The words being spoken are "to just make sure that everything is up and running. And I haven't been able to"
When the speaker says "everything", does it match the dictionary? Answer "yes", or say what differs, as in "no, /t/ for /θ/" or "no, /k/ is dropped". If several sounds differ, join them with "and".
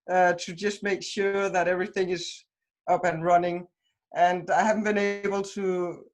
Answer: yes